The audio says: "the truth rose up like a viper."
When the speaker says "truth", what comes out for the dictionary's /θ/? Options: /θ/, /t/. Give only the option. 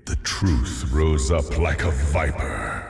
/θ/